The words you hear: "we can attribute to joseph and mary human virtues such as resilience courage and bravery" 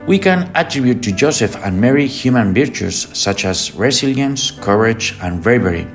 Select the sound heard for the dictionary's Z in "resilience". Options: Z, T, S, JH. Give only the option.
S